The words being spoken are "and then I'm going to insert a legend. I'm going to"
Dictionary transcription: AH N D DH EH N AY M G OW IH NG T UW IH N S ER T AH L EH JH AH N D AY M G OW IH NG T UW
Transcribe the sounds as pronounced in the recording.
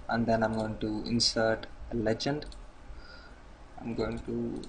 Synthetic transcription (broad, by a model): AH N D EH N AY M G OW IH NG T UW IH N S ER T AH L EH JH AH N D AY M G OW IH NG T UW